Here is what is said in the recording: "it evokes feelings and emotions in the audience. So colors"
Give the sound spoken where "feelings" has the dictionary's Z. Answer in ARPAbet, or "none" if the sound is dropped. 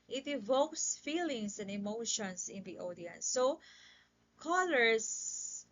S